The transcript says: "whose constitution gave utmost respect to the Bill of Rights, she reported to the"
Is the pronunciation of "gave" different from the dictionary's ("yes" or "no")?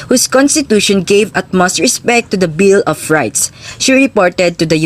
no